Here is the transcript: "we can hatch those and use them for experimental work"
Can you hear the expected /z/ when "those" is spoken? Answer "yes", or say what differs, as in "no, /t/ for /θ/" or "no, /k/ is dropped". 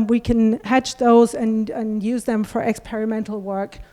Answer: yes